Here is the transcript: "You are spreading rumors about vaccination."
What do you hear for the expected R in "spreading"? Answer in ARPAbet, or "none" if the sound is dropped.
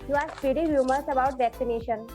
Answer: none